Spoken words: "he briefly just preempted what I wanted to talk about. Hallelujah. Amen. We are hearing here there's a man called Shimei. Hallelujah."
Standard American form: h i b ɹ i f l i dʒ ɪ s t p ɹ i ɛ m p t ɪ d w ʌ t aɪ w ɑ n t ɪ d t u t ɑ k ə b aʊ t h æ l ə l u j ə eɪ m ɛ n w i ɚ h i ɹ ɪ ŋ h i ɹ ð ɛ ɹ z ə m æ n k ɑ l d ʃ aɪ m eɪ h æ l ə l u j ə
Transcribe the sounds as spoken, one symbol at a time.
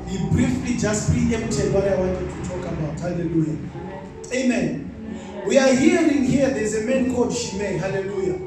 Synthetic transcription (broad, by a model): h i b ɹ i f l i dʒ ɪ s t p i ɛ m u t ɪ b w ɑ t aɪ w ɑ n t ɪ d t u t ɑ k ə b aʊ t h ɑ l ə l u j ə eɪ m ɛ n w i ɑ h i ɹ ɪ ŋ h i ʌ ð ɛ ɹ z ə m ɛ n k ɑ d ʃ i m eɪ h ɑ l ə l u j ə